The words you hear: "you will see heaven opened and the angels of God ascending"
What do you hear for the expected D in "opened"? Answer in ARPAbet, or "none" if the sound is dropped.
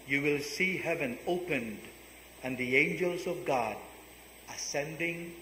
D